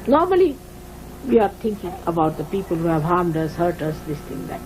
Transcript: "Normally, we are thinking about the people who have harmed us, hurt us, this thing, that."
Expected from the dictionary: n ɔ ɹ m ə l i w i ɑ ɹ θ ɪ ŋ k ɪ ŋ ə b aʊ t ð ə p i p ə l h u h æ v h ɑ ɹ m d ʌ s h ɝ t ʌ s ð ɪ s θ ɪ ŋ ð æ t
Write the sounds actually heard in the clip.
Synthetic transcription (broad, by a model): n ɔ ɹ m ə l i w i ɑ ɹ t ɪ ŋ k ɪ ŋ ə b aʊ t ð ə p i p ə l h u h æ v h ɑ ɹ m d ʌ s h ɝ t ʌ s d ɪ s t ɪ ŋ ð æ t